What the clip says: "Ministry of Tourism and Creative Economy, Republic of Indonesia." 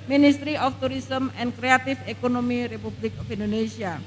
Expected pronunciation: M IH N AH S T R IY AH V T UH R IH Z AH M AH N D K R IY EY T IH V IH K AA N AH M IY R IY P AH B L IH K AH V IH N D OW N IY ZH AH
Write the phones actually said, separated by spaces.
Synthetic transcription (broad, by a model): M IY N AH S T R IY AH F T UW R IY S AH M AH N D K R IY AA T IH F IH K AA N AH M IY R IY P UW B L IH K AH F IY N D OW N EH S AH